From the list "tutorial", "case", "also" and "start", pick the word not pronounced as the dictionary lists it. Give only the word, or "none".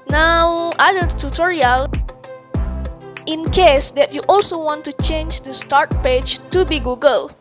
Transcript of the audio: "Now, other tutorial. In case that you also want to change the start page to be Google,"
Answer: none